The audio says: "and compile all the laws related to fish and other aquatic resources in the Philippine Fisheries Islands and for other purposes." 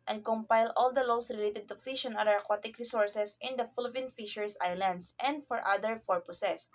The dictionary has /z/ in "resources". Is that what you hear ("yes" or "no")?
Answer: no